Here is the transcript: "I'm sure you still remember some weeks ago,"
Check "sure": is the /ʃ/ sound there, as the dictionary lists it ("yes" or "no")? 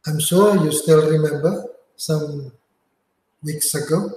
no